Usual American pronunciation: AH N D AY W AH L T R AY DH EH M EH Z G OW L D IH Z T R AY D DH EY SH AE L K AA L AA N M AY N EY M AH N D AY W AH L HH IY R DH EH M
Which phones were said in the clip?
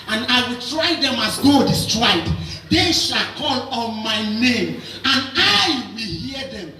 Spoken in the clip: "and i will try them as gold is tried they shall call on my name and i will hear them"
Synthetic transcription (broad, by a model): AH N AY W AH L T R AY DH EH M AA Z G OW D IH S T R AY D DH EY SH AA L K AA L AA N M AY N EY M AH N AY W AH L HH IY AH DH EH M